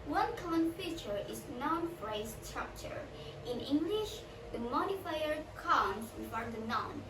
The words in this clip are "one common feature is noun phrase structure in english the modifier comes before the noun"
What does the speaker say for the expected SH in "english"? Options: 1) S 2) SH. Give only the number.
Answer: 2